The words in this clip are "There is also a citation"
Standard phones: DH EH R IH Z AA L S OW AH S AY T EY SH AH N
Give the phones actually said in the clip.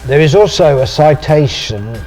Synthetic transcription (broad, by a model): DH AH R IH Z AA L S OW AH S AY T EY SH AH N